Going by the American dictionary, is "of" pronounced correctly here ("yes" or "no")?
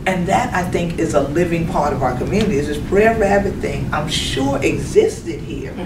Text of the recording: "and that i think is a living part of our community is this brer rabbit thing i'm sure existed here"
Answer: yes